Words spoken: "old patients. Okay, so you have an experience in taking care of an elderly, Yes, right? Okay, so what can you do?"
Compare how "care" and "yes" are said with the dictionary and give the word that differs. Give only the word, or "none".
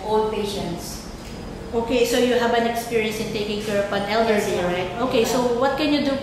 yes